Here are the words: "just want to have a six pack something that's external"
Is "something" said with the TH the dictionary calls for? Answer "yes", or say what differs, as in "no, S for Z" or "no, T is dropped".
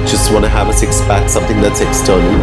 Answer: yes